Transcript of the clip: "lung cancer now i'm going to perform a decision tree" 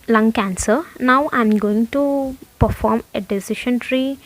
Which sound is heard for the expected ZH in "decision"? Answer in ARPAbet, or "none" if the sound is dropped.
SH